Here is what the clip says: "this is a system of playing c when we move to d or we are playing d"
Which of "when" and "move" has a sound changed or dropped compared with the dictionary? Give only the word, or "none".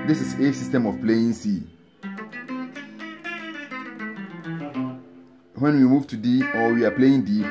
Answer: none